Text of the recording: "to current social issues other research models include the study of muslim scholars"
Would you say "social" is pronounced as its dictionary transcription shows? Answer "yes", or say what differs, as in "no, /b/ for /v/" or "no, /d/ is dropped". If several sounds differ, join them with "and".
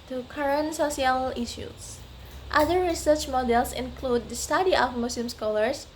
no, /s/ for /ʃ/